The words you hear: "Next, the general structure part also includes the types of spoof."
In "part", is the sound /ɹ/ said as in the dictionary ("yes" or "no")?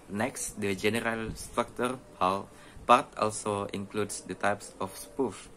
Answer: no